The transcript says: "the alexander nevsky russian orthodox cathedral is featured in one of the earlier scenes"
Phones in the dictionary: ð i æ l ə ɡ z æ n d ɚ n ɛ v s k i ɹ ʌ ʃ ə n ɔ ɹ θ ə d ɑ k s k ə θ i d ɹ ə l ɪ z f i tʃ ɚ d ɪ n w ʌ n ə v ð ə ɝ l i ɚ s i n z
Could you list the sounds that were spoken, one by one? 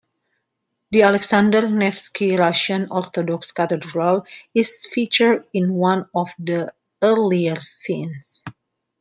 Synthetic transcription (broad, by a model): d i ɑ l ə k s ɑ n d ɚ n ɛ f s k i ɹ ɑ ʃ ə n ɔ ɹ t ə d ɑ k s k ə t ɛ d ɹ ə l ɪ s f i tʃ ɚ d ɪ n w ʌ n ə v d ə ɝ l i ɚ s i n s